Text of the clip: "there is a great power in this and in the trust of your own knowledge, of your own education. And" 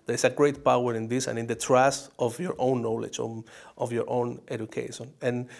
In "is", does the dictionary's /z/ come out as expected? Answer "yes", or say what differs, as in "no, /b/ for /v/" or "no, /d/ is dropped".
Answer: no, /s/ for /z/